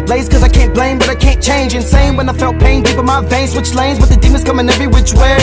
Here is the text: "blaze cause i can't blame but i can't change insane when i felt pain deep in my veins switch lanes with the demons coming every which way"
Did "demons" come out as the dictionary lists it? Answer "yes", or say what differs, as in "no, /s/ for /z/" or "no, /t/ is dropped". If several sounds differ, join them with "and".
no, /n/ is dropped